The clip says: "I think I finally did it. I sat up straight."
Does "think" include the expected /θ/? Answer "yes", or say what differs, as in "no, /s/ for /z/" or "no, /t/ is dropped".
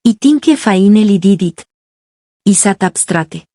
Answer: no, /t/ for /θ/